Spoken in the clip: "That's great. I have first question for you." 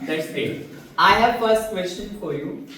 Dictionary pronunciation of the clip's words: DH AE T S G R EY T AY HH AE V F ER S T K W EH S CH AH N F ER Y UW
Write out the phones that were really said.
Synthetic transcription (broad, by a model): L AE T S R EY AY HH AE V F ER S T K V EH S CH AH N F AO Y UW